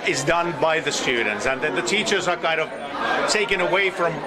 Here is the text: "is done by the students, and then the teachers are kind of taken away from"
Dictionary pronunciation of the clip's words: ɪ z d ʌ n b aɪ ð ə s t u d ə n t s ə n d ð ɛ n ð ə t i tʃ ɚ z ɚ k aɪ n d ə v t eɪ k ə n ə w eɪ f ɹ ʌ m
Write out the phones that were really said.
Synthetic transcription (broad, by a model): ɪ z d ʌ n b aɪ ð ə s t u d n t s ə n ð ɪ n ð ə t i tʃ ɚ z ɚ k aɪ n d ə v t eɪ k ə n ə w eɪ f ɹ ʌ m